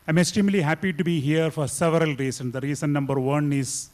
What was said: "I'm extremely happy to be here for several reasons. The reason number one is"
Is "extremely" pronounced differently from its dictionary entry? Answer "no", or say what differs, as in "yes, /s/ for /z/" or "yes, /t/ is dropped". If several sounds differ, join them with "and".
yes, /ɹ/ is dropped